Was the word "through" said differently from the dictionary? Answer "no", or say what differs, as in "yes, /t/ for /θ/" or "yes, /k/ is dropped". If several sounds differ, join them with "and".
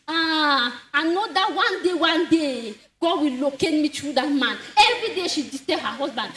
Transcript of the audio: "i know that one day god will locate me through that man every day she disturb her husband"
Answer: yes, /t/ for /θ/